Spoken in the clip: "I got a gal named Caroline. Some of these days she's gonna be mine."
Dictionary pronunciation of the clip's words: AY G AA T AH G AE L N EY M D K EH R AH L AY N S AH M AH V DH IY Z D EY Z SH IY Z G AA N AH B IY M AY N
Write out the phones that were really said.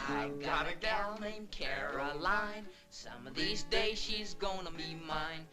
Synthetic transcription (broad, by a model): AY G AA T AH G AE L N EY M K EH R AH L AY N S AH M AH V DH IY Z D EY Z SH IY Z G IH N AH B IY M AY N